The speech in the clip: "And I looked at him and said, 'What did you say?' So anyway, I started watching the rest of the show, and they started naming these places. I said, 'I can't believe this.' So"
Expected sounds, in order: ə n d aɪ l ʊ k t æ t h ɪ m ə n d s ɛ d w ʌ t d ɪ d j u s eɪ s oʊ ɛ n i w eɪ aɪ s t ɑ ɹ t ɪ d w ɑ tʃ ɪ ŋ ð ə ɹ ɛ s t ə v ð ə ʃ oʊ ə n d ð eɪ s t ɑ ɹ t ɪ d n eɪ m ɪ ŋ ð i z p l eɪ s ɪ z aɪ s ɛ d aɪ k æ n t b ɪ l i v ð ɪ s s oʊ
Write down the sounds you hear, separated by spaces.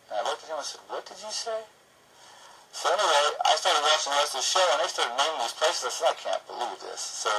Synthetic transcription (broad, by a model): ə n aɪ w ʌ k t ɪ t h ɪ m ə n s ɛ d w ʌ t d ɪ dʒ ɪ s eɪ s oʊ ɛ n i w eɪ aɪ s t ɑ ɹ t ɪ d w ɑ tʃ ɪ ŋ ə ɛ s ð ə ʃ oʊ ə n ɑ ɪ s t ɑ ɹ t ɪ d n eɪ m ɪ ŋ ð i z p l eɪ s ɪ z aɪ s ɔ aɪ k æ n b ɪ l i v ð ɪ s s oʊ